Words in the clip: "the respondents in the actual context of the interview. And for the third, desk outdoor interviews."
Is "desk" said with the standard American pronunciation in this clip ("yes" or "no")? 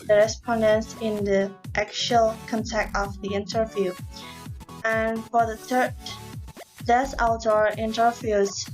no